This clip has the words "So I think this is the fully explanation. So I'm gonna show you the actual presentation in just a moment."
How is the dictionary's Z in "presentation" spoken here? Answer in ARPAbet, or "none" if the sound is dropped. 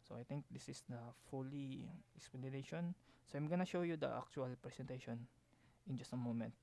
S